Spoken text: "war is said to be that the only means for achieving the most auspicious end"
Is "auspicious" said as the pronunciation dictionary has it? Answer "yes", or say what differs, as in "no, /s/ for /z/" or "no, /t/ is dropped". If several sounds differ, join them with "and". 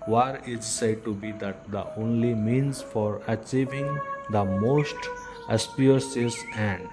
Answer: no, /s/ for /ʃ/